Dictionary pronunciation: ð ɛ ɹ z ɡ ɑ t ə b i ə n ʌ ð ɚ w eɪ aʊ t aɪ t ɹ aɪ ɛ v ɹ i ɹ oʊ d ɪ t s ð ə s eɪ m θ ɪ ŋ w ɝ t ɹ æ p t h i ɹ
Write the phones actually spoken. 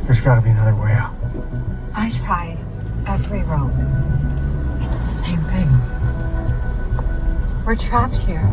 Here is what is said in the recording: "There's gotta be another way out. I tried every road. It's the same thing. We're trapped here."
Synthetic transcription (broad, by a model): ð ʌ ɹ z ɡ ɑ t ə b i ə n ʌ ð ɚ w eɪ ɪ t aɪ t ɹ aɪ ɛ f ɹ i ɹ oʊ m ɪ t s ð ə s eɪ m θ ɪ ŋ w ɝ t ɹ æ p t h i ɹ